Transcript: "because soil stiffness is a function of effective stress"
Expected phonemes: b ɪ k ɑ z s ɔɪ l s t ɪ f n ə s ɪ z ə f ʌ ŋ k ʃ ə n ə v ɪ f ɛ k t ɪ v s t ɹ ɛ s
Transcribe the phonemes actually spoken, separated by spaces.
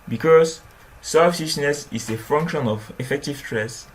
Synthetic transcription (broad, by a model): b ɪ k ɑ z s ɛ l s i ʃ n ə s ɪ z ə f ʌ ŋ k ʃ ə n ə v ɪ f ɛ k t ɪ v s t ɹ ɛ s